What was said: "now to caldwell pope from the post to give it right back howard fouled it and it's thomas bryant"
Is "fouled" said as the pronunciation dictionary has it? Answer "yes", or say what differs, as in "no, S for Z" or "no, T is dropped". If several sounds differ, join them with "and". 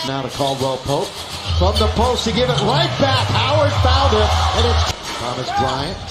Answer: no, N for L